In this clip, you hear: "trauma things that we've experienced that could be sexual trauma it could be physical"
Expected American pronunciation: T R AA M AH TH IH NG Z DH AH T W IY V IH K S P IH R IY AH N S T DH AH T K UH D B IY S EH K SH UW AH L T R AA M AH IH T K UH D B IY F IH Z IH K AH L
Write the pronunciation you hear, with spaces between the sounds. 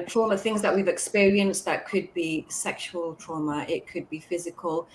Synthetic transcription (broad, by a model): T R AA M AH TH IH NG Z DH AH T W IY V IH K S P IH R IY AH N S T DH AH T K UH D B IY S EH K SH UW AH L T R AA M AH IH T K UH D B IY F IH Z IH K AH L